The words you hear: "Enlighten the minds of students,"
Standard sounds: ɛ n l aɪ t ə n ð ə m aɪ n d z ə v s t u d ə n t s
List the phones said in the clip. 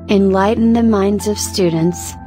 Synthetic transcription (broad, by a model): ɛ n l aɪ t n ð ə m aɪ n d z ə v s t u d n t s